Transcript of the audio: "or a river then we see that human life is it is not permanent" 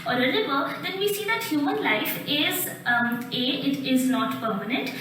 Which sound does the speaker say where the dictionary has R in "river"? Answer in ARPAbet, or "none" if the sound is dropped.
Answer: L